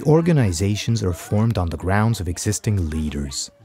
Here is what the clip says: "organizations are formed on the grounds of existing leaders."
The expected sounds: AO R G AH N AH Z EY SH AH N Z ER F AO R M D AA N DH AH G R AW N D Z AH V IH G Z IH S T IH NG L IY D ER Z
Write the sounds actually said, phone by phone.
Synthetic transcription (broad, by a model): AO R G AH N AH Z EY SH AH N Z ER F AO R M D N DH AH G R AW N D Z AH V IH G Z IH S T IH NG L IY D ER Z